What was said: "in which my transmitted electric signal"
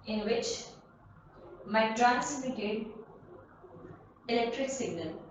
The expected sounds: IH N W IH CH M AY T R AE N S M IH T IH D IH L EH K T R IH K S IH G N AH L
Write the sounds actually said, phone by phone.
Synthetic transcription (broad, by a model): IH N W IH CH M AY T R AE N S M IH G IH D IH L EH K T R IH K S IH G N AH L